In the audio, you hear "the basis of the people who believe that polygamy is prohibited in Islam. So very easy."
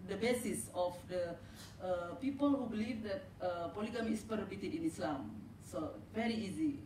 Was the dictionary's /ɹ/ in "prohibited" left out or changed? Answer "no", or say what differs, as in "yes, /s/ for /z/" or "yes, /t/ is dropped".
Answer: yes, /ɹ/ is dropped